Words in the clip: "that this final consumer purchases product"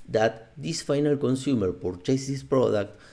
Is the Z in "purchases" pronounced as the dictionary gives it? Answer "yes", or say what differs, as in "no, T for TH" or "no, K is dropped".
no, S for Z